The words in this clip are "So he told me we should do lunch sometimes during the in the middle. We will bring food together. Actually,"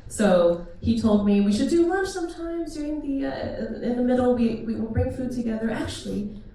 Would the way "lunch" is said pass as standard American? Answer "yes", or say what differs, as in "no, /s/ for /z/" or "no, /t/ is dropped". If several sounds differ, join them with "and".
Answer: no, /n/ is dropped